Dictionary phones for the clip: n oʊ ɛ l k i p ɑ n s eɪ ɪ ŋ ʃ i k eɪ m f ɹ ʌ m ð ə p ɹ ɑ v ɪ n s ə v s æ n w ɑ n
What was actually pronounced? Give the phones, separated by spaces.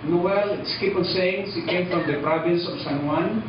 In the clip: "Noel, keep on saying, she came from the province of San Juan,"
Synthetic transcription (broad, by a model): n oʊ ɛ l k i p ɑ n s eɪ ɪ ŋ s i k eɪ m f ɹ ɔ m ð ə p ɹ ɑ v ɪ n s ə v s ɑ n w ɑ n